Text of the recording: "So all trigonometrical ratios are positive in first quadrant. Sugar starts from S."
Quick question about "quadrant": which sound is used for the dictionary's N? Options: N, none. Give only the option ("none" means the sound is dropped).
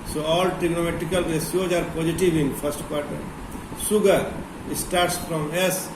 none